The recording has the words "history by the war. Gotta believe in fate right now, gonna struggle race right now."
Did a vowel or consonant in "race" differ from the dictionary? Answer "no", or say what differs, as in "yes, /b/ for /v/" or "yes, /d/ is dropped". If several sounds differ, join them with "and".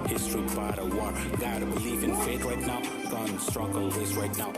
yes, /w/ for /ɹ/